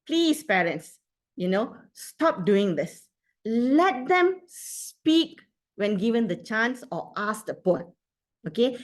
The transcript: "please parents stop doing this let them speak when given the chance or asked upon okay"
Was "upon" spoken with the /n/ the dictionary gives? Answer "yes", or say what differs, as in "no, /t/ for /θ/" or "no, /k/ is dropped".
no, /n/ is dropped